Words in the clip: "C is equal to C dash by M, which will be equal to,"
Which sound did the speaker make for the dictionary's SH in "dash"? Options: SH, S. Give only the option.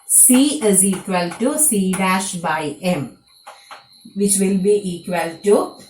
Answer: SH